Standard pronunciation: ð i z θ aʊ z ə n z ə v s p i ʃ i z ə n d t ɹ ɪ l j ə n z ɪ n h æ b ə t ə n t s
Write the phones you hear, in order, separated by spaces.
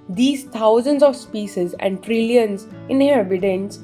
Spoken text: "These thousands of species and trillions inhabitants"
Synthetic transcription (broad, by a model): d i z t aʊ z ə n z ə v s p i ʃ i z ə n d t ɹ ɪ l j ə n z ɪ n h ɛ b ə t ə n t s